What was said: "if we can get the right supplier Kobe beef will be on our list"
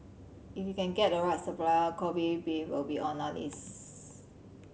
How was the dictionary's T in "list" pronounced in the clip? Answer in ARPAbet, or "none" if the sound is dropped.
none